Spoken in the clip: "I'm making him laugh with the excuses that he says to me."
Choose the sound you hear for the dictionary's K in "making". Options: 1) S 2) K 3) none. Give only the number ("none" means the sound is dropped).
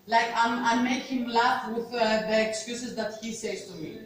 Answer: 3